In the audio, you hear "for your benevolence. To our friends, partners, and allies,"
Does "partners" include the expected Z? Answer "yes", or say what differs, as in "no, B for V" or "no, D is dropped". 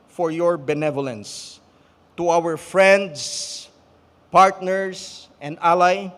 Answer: no, S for Z